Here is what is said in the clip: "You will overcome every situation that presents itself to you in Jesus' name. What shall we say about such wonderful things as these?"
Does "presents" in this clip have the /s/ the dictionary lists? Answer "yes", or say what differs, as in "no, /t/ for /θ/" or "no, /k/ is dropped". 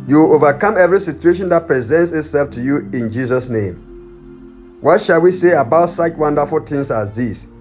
yes